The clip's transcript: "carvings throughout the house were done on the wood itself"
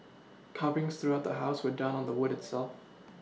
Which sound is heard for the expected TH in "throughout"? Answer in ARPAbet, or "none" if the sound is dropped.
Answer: TH